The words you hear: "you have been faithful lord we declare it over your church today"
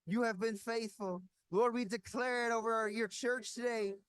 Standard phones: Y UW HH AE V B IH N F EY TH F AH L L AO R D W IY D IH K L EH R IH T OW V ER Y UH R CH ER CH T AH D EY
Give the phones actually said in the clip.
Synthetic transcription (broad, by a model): Y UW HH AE V B IH N F EY TH F AH L L AO R D W IY D IH K L EH R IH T OW V ER Y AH R CH ER CH T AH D EY